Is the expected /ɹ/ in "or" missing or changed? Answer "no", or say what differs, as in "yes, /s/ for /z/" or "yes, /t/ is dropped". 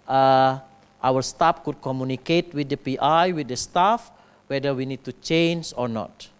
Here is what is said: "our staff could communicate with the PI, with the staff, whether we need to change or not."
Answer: no